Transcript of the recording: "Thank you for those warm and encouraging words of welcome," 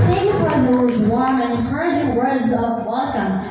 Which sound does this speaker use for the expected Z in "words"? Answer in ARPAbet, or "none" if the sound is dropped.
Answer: Z